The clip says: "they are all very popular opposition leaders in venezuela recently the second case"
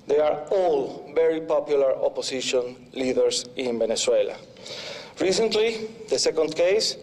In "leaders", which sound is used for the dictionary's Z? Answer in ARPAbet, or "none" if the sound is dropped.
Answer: S